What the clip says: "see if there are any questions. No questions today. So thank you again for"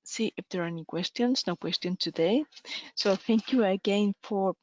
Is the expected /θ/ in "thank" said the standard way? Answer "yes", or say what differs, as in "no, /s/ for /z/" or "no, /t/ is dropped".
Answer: yes